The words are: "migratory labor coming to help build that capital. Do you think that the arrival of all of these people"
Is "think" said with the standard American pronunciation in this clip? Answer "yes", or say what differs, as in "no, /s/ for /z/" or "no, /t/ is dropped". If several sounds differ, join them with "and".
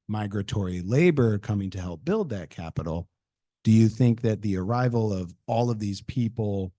yes